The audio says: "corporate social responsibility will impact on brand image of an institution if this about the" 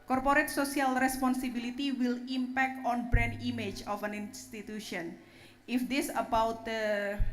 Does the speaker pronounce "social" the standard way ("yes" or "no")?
no